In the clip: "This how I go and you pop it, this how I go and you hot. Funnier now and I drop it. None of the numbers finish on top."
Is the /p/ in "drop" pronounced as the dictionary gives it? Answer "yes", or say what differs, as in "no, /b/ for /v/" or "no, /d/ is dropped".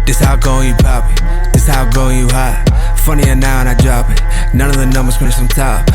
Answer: no, /b/ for /p/